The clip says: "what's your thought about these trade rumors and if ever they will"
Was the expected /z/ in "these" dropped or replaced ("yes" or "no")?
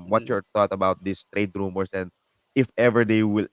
yes